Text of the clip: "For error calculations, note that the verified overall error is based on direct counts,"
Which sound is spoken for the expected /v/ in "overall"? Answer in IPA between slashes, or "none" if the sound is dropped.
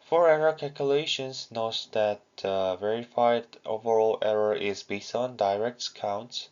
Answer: /v/